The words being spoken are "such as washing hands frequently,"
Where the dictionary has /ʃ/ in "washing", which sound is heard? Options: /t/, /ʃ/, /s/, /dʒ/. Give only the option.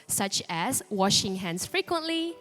/ʃ/